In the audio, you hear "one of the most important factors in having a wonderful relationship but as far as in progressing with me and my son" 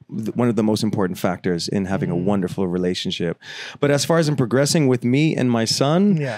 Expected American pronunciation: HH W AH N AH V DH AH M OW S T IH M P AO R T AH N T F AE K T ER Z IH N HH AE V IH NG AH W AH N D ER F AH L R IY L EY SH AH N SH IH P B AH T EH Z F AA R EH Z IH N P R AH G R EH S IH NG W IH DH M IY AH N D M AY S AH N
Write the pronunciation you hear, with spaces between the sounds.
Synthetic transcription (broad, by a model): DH W AH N AH V DH AH M OW S T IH M P AO R T N T F AE K T ER Z IH N HH AE V IH NG AH W AH N D ER F L R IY L EY SH N SH IH P B AH T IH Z F AA R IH Z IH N P R AH G R EH S IH NG W IH DH M IY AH N M AY S AH N